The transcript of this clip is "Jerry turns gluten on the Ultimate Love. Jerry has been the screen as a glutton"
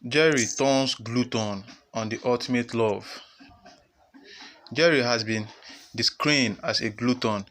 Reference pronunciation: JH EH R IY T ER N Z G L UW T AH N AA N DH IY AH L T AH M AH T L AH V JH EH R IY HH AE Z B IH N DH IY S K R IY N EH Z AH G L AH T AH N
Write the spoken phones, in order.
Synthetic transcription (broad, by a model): JH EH R IY T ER N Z G L UW T AH N AA N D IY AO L T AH M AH T L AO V JH EH R IY HH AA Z B IH N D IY S K R IY N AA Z AH G L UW T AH N